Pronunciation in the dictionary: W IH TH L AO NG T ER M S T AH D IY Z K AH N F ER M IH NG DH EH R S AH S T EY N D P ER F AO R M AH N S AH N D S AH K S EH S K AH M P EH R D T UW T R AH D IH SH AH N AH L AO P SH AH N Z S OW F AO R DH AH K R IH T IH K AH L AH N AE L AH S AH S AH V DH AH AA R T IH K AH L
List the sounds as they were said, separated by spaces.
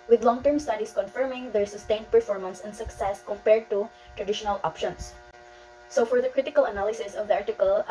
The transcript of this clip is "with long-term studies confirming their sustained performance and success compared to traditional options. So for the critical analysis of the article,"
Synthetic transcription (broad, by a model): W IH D L AO NG T ER M S T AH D IY S K AH N F ER M IH NG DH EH R S AH S T EY N D P ER F AO R M AH N S AH N D S AH K S EH S K AH M P EH R D T UW T R AH D IH SH AH N AH L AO P SH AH N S S OW F AO R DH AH K R IH T IH K AH L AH N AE L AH S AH S AH V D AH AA R T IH K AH L